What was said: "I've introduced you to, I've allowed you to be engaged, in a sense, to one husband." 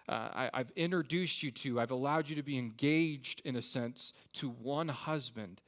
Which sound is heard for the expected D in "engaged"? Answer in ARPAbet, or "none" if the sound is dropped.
D